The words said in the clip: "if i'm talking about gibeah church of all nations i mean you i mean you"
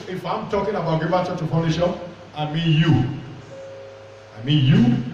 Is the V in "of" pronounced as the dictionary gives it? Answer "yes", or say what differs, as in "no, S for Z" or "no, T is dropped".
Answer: no, P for V